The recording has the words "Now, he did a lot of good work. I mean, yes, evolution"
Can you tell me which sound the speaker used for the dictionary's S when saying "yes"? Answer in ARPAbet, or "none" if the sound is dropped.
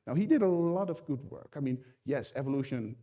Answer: S